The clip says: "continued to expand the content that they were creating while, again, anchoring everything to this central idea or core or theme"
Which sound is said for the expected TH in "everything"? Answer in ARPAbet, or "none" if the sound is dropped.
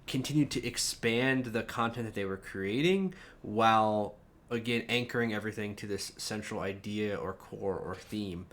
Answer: TH